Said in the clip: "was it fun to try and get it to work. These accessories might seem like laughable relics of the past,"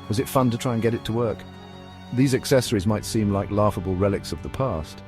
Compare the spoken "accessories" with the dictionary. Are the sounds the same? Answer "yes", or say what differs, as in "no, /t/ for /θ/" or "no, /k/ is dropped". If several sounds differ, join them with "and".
yes